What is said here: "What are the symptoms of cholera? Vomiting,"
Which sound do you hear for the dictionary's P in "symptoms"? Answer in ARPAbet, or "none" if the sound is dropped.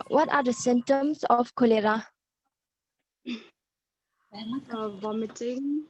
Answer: none